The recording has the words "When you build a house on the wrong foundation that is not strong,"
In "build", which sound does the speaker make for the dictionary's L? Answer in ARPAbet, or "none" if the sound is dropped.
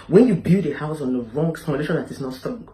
none